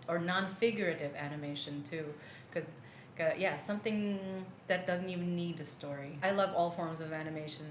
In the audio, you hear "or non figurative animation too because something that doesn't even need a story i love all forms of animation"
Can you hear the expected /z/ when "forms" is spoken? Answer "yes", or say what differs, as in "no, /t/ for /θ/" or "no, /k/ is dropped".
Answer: yes